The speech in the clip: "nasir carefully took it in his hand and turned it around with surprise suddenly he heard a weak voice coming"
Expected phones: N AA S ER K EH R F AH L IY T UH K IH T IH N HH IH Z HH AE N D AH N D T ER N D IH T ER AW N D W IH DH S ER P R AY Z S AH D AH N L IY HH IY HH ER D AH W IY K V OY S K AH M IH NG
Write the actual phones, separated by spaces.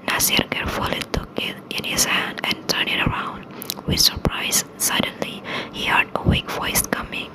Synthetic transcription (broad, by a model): N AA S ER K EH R F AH L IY T UH K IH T IH N HH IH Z HH AE N D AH N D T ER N IH T ER AW N D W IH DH S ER P R AY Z S AH D AH N L IY HH IY HH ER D AH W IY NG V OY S K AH M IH NG